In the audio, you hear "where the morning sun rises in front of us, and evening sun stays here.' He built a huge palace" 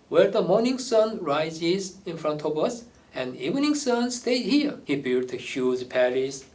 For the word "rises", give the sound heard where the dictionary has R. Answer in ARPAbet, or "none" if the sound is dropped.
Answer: R